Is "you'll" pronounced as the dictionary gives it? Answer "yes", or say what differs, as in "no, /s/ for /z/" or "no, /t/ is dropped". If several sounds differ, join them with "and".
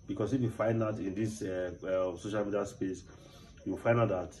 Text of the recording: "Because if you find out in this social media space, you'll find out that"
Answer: no, /w/ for /l/